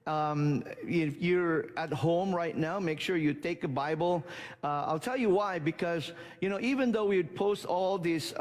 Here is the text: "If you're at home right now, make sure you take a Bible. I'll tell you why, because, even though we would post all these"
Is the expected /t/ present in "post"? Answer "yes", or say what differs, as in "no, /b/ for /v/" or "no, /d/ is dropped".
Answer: yes